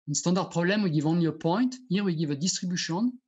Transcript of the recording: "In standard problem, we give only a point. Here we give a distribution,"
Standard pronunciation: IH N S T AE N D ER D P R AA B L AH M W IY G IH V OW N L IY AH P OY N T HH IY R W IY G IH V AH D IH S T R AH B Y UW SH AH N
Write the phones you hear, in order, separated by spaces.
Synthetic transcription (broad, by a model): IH N S T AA D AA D P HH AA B L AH M W IY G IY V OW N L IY AH P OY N T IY R W IY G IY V AH D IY S T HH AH B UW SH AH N